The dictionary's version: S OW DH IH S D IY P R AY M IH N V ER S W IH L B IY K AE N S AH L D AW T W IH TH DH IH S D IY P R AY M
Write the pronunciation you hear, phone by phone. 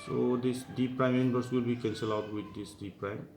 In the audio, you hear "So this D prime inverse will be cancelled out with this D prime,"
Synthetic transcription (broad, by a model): S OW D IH S D IY P R AY M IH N B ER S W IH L B IY K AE N S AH L AW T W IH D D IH S D IY P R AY M